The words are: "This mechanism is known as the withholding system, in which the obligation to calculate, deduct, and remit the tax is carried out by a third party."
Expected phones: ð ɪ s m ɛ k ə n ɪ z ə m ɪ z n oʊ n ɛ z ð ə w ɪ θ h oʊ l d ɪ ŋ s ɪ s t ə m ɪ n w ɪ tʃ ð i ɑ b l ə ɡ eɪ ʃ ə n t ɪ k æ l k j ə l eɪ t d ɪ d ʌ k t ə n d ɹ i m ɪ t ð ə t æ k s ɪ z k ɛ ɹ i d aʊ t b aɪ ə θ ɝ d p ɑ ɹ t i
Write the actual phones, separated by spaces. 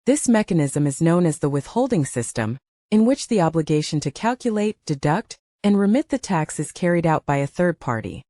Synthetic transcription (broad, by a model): ð ɪ s m ɛ k ə n ɪ z ə m ɪ z n oʊ n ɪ z ð ə w ɪ θ h oʊ l d ɪ ŋ s ɪ s t ə m ɪ n w ɪ tʃ ð i ɑ b l ə ɡ eɪ ʃ ə n t ɪ k æ l k j ə l eɪ t d ɪ d ʌ k t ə n ɹ i m ɪ t ð ə t æ k s ɪ z k ɛ ɹ i d aʊ t b aɪ ə θ ɝ d p ɑ ɹ t i